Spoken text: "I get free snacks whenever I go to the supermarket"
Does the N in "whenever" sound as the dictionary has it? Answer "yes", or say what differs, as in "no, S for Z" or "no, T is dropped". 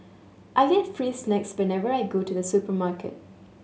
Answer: yes